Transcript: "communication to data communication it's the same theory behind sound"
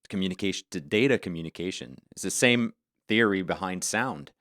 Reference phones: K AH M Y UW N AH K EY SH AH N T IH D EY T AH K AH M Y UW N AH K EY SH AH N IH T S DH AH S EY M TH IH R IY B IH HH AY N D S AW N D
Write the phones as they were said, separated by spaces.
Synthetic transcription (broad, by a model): K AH M Y UW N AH K EY SH N T IH D EY T AH K AH M Y UW N AH K EY SH AH N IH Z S DH AH S EY M TH IH R IY B IH HH AY N D S AW N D